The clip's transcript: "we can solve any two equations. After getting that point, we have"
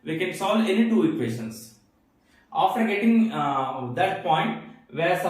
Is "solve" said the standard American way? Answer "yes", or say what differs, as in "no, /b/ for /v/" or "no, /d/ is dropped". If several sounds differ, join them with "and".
no, /v/ is dropped